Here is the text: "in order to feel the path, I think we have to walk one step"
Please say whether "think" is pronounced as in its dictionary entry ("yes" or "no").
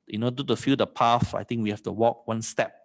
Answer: no